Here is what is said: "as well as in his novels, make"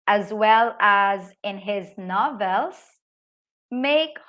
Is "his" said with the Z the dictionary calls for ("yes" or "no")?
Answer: yes